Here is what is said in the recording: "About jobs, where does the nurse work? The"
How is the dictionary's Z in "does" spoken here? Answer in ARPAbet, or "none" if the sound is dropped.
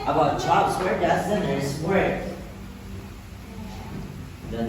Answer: S